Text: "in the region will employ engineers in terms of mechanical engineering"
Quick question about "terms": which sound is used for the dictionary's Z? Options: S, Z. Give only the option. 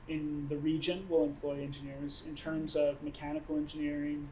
Z